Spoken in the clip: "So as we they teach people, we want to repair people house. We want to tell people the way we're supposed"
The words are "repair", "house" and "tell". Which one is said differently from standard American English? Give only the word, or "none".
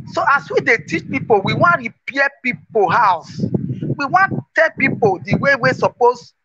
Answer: repair